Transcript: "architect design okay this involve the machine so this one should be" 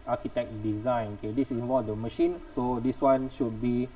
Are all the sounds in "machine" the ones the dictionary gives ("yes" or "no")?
yes